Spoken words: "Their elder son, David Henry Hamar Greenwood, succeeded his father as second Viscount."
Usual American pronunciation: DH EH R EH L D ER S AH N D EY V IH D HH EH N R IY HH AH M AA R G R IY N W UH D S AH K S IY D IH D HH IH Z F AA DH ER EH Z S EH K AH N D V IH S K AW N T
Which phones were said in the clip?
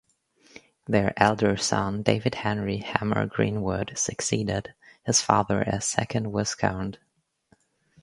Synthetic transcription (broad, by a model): DH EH R EH L D ER S AH N D EY V IH D HH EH N R IY HH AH M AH R G R IY N W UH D S AH K S IY D IH D HH IH Z F AA DH ER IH S EH K AH N D W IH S K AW N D